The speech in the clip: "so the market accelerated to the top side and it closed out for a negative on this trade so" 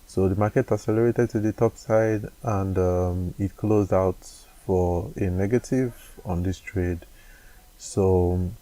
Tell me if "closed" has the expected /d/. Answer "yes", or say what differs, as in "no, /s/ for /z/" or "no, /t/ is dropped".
yes